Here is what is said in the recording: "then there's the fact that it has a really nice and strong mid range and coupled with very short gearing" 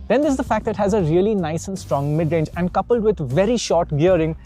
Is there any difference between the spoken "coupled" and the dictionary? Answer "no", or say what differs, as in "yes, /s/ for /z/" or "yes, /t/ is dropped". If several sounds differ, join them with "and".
no